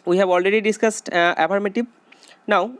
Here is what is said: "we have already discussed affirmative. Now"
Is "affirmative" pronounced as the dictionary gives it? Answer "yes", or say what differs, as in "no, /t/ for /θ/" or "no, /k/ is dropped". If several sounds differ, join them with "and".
no, /b/ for /v/